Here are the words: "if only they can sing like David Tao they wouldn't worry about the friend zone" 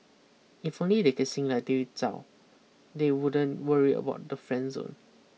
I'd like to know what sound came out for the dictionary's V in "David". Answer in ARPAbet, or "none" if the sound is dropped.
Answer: none